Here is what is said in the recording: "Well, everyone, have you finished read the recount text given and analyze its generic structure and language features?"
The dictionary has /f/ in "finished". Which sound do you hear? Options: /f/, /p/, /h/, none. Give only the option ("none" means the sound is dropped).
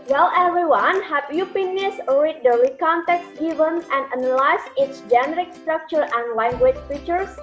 /p/